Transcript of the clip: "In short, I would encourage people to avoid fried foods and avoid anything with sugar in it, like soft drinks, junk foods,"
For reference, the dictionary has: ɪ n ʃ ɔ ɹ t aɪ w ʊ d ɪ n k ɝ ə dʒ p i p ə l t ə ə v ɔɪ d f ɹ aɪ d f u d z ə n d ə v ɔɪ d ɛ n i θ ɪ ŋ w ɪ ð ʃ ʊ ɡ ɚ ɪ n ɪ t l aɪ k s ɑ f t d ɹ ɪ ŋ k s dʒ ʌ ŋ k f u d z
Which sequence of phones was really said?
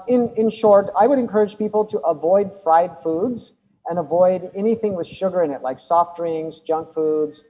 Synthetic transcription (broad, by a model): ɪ n ʃ ɔ ɹ t aɪ w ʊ d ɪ n k ɝ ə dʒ p i p l t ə ə v ɔɪ d f ɹ aɪ d f u d z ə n ə v ɔɪ d ɛ n i θ ɪ ŋ w ɪ ð ʃ ʊ ɡ ɚ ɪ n ɪ t l aɪ k s ɑ f t ɹ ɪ ŋ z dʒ ʌ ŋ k f u d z